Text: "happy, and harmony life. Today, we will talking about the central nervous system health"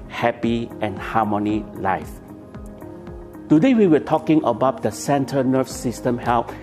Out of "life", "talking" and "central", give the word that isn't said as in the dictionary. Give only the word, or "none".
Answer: central